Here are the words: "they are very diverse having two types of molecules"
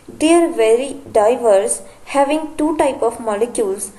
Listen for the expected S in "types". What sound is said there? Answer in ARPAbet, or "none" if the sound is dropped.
none